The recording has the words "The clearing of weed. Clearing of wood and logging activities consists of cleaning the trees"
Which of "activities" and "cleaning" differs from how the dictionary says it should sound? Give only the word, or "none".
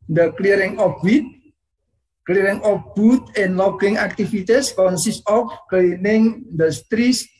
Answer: activities